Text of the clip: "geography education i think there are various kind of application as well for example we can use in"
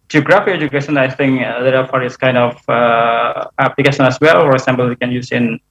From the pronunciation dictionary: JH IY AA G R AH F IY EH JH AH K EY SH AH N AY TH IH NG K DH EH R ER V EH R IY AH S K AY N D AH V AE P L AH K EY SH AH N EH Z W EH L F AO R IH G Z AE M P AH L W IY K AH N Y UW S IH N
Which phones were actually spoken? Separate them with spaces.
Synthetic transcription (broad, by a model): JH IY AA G R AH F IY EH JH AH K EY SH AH N AY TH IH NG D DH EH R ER F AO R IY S K AY N D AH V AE P L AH K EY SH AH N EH S W EH L F AO R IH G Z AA M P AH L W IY K AH N Y UW S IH N